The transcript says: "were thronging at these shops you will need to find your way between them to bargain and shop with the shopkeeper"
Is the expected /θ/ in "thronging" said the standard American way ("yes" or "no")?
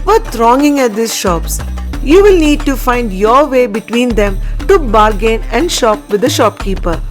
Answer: no